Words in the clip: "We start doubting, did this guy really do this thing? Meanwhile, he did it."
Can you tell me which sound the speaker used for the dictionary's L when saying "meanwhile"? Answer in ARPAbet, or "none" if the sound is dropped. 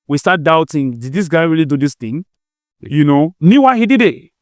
W